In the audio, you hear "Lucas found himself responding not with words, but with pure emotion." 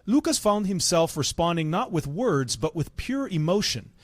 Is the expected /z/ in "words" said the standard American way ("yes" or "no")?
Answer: yes